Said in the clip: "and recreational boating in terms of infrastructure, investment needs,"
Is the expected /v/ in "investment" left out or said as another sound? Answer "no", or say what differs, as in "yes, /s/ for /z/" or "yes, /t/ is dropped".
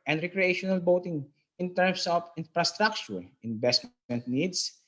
yes, /b/ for /v/